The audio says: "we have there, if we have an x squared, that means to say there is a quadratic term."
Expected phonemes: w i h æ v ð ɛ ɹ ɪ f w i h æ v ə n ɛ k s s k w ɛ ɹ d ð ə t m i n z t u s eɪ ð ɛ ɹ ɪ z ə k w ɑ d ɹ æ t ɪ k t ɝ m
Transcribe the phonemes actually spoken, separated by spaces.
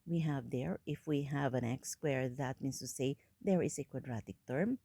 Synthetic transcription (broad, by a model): w i h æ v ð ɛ ɹ ɪ f w i h æ v ə n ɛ k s s k w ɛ ɹ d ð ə t m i n s t u s eɪ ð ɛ ɹ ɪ s ə k w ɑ d ɹ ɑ t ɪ k t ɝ m